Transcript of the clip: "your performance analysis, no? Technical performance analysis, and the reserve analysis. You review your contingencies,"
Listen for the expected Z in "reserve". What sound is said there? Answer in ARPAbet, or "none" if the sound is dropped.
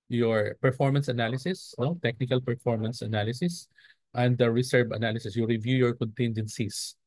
S